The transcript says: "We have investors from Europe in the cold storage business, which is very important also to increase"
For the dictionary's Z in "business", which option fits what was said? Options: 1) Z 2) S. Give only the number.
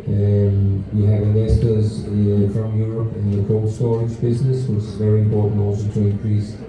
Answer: 1